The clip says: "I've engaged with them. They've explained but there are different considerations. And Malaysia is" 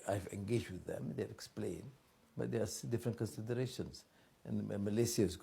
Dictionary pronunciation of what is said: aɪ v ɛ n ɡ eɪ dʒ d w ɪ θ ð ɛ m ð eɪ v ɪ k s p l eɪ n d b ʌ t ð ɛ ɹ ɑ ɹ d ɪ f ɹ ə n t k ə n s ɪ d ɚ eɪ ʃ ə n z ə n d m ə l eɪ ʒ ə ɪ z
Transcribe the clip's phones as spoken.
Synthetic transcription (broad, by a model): aɪ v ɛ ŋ ɡ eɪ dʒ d w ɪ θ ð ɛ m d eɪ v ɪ k s p l eɪ n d b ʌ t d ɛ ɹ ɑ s d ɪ f ɹ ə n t k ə n s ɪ d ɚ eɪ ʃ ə n s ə n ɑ m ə l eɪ s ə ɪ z